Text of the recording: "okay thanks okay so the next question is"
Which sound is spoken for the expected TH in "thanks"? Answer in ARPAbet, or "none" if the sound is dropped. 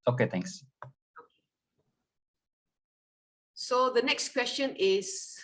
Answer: T